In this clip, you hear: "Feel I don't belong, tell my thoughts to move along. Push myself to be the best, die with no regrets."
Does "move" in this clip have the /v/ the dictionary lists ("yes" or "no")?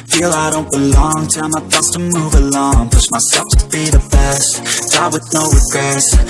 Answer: yes